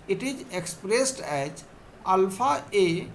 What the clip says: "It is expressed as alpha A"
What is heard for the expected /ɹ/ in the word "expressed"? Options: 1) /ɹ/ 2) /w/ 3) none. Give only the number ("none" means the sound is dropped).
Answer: 1